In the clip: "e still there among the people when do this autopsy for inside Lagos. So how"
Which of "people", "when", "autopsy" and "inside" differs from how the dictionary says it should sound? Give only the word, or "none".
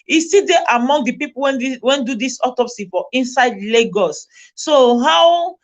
people